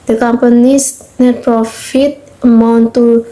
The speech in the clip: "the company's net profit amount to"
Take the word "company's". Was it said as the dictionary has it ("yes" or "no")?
no